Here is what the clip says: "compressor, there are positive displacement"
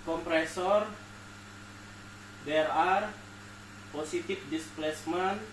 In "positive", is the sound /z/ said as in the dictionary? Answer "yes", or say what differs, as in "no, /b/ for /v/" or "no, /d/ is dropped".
no, /s/ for /z/